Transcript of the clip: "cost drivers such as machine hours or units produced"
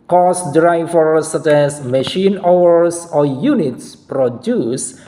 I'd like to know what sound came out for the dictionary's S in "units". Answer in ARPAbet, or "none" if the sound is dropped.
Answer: S